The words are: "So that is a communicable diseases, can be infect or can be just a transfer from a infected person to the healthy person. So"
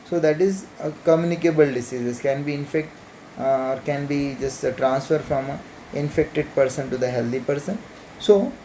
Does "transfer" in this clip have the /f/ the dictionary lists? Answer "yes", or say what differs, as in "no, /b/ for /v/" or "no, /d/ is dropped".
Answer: yes